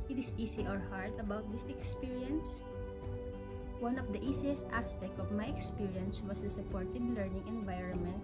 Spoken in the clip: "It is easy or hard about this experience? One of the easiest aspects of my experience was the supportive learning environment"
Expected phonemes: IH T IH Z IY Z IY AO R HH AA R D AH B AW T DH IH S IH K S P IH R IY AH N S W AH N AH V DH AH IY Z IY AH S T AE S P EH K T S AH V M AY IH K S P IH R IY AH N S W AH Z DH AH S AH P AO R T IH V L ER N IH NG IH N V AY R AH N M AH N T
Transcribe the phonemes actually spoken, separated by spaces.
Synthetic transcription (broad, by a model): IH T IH S IY S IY AO R HH AA R D AH B AW T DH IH S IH K S P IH R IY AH N S W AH N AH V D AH IY S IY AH S T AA S P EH K T AH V M AY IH K S P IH R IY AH N S W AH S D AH S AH P AO R T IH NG L ER N IH NG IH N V AY R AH N M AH N T